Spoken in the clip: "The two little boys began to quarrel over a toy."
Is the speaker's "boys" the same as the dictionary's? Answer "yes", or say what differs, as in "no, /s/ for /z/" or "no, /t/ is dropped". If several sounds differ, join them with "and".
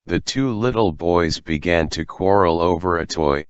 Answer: yes